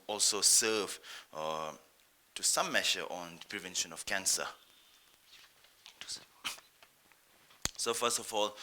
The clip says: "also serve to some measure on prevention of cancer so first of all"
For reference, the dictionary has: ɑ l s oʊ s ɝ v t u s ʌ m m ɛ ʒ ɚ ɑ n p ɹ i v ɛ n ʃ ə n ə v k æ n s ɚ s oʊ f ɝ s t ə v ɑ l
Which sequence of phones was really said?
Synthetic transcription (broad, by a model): ɑ l s oʊ s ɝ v t u s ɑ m m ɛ ʃ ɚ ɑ n p ɹ i v ɛ n ʃ ə n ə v k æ n s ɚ s oʊ f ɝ s t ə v ɑ l